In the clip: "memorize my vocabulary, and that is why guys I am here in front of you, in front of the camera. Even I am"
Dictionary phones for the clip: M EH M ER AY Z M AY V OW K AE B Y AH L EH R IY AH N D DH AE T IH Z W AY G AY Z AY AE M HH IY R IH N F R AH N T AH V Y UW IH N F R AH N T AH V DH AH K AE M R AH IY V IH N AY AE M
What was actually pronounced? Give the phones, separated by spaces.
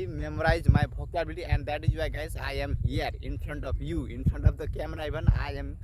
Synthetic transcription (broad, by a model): M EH M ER AY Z M AY B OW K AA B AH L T IY AH N D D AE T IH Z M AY G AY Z AY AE M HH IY R IH N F R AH N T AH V Y UW IH N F R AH N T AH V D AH K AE M R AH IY B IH N AY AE M